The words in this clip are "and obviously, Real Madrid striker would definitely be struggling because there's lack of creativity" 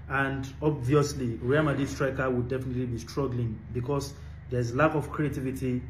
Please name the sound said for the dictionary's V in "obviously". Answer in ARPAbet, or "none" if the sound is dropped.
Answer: V